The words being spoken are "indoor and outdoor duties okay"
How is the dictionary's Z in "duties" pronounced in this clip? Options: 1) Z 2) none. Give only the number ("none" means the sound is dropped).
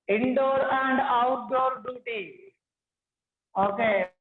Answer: 2